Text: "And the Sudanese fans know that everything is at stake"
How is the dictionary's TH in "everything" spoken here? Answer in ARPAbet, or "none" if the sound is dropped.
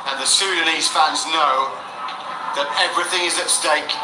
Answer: TH